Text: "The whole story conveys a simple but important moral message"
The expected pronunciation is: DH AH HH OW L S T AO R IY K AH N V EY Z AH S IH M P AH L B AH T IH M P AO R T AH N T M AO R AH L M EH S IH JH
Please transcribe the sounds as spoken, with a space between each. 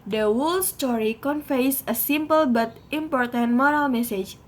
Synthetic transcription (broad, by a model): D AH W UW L S T AO R IY K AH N F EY S AH S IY M P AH L B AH T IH M P AO R T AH N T M AO R AH L M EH S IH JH